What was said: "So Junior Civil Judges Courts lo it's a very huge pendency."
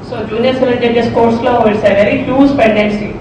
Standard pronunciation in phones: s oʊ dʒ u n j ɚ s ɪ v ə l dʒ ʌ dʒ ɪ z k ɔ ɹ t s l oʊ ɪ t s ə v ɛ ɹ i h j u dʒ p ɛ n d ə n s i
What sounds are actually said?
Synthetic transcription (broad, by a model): s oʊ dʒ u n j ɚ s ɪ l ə n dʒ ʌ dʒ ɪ s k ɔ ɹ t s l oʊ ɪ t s ə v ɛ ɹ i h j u z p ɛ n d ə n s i